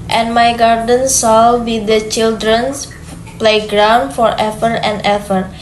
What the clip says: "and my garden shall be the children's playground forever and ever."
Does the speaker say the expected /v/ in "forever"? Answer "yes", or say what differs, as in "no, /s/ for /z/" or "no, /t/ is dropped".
no, /f/ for /v/